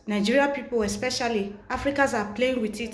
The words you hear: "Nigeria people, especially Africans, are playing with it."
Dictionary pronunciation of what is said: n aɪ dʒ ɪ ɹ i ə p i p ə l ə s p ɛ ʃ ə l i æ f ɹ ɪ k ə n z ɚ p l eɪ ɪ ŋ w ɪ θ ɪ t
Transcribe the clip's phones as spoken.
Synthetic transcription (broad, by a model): n aɪ dʒ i ɹ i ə p i p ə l ə s p ɛ ʃ ə l i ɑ f ɹ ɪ k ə z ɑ p l eɪ ɪ ŋ w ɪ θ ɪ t